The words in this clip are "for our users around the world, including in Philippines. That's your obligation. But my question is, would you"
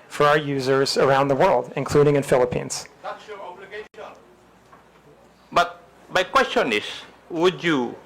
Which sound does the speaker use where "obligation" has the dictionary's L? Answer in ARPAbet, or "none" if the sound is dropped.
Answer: none